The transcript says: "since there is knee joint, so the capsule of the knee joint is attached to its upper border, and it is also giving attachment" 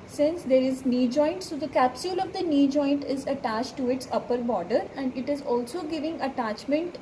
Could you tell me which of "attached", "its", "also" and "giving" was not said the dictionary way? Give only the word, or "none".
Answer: none